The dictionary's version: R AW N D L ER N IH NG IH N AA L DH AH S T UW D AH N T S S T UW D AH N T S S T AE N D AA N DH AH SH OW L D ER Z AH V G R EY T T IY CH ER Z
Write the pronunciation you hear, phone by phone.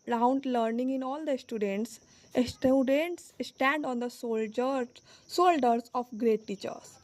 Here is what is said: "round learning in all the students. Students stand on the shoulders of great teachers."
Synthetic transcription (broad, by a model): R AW N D L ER N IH NG IH N AA L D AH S T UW D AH N T S S T UW D AH N T S S T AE N D AA N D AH S OW L D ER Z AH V G R EY T T IY CH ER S